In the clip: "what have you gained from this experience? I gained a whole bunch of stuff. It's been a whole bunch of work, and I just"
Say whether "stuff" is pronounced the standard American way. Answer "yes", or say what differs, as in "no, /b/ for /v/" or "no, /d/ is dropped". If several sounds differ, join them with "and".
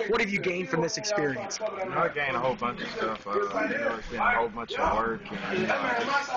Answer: yes